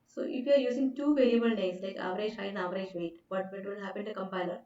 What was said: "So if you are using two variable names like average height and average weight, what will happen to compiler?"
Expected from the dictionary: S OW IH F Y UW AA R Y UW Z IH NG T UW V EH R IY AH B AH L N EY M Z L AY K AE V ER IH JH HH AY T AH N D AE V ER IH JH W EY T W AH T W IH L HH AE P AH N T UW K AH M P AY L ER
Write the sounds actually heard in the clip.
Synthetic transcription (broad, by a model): S OW IH F Y UW AA R Y UW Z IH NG T UW V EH L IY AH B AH L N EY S L AY K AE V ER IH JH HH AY AH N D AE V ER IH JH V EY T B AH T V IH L HH AE P AH N T UW K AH M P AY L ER